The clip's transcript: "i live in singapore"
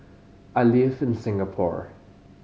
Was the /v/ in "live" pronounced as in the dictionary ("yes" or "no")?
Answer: no